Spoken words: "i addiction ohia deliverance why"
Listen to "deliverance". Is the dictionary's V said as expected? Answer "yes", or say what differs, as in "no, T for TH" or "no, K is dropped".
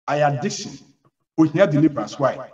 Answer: no, B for V